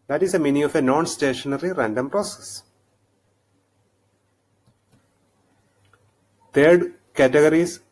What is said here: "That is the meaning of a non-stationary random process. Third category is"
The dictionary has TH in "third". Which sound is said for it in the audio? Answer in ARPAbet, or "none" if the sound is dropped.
T